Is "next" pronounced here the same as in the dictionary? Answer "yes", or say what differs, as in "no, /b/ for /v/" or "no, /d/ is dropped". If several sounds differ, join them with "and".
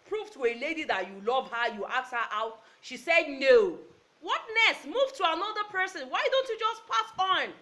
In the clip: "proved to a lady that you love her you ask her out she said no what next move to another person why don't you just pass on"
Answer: no, /k/ is dropped